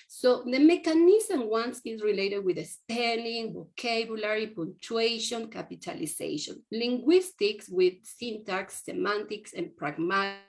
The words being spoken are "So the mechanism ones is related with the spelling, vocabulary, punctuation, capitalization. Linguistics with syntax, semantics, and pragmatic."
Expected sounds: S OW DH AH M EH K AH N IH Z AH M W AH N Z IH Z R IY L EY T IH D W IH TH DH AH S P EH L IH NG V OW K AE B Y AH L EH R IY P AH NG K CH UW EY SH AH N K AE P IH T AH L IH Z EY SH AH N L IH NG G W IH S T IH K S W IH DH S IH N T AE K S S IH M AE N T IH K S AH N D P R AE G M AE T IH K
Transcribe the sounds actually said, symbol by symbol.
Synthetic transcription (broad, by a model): S OW DH AH M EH K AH N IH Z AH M W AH N S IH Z R IY L EY T IH D W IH DH AH S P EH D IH NG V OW K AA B Y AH L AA R IY P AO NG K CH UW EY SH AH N K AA P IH T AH L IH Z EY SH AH N L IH NG G W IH S T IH K S W IH DH S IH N T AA K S S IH M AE N T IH K S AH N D P R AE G M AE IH